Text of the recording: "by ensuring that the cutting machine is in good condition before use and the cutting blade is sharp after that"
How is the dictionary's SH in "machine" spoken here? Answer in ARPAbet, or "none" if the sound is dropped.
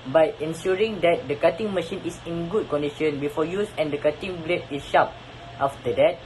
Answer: SH